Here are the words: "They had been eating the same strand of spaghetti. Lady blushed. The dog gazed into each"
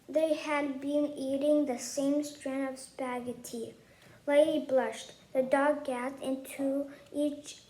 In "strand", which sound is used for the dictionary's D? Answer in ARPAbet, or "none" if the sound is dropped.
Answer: none